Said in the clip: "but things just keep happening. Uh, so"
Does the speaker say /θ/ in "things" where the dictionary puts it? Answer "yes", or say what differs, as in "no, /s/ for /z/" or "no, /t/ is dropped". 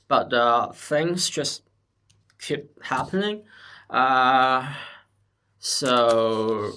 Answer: yes